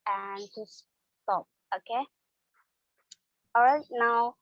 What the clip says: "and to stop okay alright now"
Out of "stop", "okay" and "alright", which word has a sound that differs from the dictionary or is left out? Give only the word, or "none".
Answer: alright